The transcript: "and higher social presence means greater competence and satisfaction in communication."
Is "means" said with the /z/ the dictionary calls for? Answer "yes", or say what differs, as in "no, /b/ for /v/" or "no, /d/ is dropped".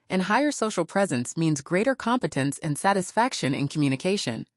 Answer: yes